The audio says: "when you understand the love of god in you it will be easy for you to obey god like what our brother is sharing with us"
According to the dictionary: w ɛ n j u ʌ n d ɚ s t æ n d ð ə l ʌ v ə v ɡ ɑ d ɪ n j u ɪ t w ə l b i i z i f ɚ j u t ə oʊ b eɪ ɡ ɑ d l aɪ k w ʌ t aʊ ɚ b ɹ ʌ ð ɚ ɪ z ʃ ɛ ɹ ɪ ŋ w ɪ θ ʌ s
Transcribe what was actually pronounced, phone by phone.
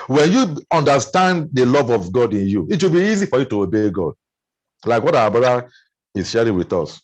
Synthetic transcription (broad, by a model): w ɛ n j u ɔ n d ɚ s t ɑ n d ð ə l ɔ v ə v ɡ ɑ d ɪ n j u ɪ t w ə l b i i z i f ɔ j u t ə oʊ b eɪ ɡ ɑ d l aɪ k w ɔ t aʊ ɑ b ɑ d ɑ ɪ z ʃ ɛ ɹ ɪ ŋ w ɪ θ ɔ s